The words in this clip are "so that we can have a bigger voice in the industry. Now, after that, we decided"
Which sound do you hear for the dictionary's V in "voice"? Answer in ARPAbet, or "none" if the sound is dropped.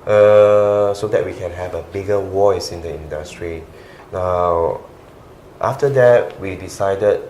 W